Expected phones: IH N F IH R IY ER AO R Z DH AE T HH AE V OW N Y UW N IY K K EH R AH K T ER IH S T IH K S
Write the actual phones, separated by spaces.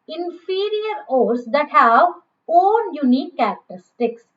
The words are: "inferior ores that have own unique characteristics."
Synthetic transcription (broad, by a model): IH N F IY R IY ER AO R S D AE T HH AE V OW L Y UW N IY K K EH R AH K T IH S T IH K S